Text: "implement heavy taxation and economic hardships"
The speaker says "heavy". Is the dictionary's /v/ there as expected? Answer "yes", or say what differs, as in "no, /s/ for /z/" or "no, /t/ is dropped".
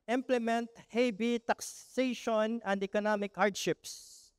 no, /b/ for /v/